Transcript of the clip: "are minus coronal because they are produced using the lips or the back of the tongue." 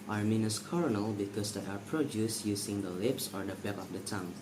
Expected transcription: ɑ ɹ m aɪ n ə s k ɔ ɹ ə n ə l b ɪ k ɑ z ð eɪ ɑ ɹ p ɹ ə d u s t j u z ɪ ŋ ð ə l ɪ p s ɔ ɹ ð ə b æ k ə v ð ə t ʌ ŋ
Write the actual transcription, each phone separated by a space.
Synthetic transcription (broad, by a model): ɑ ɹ m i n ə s k ɔ ɹ ə n ə l b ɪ k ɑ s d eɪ ɑ ɹ p ɹ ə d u s j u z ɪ ŋ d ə l ɪ p s ɔ ɹ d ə b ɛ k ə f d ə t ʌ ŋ